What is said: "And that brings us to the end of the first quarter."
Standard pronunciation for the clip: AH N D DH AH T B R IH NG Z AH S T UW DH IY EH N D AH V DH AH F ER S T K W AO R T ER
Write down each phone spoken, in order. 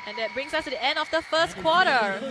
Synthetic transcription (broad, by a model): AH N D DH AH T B R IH NG S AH S T UW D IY EH N D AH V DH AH F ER S T K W AO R T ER